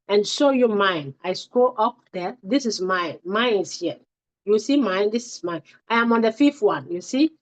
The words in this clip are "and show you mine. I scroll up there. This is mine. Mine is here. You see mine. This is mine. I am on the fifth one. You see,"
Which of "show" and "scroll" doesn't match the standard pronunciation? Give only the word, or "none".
scroll